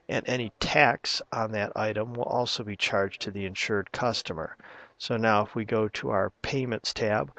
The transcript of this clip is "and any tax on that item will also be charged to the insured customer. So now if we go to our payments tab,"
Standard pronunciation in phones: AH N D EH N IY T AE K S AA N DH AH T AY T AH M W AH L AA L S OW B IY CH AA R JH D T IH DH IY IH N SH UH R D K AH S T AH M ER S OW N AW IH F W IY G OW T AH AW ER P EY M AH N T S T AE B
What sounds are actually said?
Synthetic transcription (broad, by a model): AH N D EH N IY T AE K S N DH AH T AY T AH M W AH L AA L S OW B IY CH AA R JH T IH DH IY IH N SH UH R D K AH S T AH M ER S OW N AW IH F W IY G OW T AH AW ER P EY M AH N T S T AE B